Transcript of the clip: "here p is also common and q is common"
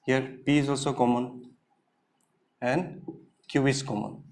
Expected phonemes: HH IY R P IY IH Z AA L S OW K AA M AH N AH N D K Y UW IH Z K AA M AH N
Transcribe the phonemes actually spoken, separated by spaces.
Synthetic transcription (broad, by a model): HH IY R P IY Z AA L S OW K AA M AH N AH N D K Y UW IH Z K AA M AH N